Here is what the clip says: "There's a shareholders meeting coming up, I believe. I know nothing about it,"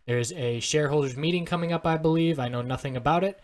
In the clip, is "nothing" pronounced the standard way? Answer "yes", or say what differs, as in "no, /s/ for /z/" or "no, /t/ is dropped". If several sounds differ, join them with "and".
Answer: yes